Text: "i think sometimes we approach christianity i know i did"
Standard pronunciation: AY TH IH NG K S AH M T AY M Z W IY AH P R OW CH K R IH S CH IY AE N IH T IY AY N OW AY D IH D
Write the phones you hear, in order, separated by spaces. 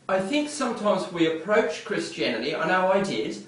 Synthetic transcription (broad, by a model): AY TH IH NG K S AH M T AY M Z W IY AH P R OW CH K R IH S CH IY AE N IH T IY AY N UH AY D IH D